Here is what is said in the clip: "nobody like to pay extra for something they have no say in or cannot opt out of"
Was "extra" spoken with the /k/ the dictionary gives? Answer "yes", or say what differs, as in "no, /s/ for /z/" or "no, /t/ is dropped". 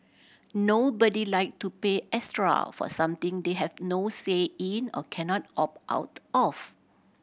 no, /k/ is dropped